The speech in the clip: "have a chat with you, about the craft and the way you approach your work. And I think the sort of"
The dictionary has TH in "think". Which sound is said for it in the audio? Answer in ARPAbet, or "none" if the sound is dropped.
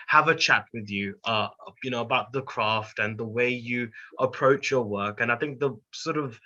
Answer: TH